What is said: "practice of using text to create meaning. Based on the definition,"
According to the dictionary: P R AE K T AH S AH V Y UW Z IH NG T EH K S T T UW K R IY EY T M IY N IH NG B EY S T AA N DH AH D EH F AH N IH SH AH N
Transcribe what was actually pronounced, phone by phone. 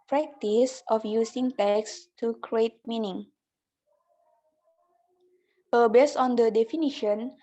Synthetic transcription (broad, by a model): P R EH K T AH S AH F Y UW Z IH NG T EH K S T T UW K R IY EY T M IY N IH NG B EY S AA N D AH D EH F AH N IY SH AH N